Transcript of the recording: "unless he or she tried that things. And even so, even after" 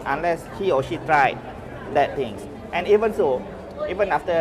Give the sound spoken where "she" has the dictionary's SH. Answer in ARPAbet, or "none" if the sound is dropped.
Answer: SH